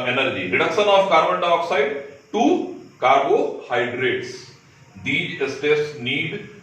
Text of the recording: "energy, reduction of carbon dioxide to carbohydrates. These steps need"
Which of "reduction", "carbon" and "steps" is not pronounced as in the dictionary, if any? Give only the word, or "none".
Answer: steps